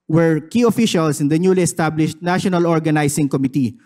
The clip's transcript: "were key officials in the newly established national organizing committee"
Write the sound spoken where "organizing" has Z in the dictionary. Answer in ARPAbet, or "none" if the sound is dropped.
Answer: S